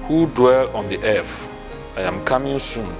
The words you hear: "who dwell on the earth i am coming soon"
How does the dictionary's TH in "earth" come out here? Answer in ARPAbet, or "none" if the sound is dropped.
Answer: F